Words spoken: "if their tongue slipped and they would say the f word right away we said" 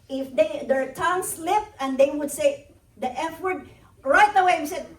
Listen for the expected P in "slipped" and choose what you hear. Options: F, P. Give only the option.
F